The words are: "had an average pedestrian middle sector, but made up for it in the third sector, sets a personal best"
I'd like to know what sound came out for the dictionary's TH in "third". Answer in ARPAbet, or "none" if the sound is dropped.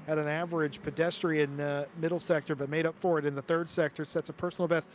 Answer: TH